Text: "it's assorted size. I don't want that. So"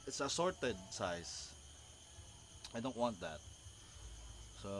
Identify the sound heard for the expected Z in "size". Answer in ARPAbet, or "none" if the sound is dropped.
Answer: S